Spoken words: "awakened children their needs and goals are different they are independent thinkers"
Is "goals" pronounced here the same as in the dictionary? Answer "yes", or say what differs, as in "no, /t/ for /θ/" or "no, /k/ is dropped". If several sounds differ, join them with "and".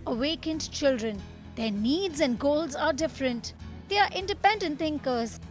yes